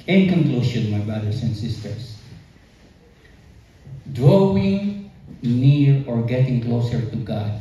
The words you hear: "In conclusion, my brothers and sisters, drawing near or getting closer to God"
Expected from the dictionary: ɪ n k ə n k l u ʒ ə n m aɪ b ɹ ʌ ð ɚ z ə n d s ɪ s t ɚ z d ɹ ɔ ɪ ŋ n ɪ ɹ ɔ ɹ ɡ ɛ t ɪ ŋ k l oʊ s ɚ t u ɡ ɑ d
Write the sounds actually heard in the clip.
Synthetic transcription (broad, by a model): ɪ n k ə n k l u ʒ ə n m aɪ b ɹ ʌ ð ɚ s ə n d s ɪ s t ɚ s d ɹ ɔ ɪ ŋ n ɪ ɹ ɔ ɹ ɡ ɛ t ɪ ŋ k l oʊ s ɚ t u ɡ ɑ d